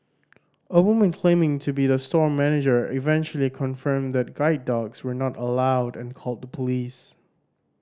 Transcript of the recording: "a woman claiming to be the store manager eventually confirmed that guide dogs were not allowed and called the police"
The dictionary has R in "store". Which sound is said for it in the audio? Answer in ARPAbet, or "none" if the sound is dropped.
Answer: R